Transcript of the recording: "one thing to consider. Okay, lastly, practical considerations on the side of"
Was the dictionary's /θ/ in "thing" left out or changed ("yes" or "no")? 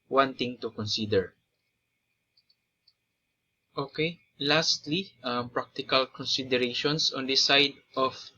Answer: yes